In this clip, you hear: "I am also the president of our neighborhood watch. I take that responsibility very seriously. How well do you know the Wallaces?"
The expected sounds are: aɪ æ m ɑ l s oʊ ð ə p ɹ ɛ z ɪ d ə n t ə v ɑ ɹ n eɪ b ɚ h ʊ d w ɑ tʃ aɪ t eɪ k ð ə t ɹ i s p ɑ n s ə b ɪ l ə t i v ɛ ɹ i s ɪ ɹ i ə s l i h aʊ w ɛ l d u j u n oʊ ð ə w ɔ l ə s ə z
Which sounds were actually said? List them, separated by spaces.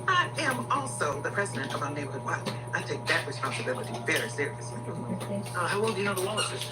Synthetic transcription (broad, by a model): aɪ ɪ m ɑ l s oʊ ð ə p ɹ ɛ z ɪ d ə n t ə v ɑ n eɪ b ɚ h ʊ d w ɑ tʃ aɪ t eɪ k ð ə t ɹ i s p ɑ n s ə b ɪ l ə t i v ɛ ɹ i s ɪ ɹ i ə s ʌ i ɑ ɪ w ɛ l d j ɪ n oʊ ð ə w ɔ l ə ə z